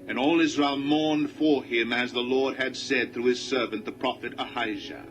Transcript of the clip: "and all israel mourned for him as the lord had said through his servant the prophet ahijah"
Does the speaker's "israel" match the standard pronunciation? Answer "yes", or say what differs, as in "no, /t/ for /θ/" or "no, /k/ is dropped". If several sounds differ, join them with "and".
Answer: yes